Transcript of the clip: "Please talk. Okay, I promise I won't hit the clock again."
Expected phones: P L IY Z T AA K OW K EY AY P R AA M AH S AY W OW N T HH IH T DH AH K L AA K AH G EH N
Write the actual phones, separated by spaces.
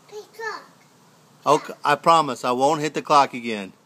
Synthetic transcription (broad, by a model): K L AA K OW UH AY P R AA M AH S AY W OW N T HH IH T DH AH K L AA K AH G EH N